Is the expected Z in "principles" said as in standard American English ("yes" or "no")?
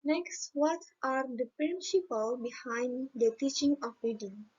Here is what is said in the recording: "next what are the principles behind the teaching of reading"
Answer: no